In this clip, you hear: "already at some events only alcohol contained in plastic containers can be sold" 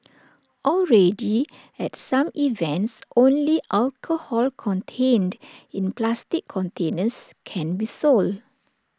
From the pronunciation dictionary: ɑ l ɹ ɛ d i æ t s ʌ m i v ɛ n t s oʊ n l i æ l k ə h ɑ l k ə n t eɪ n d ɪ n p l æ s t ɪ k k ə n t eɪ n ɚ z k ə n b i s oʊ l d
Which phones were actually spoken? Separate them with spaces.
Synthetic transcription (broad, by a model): ɑ l ɹ ɛ d i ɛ t s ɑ m i v ɛ n t s oʊ n l i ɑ l k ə h ɑ l k ə n t eɪ n d ɪ n p l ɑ s t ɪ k k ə n t eɪ n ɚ s k ə n b i s oʊ l d